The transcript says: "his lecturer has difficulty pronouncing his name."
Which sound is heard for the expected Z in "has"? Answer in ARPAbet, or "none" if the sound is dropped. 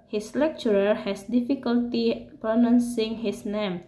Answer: S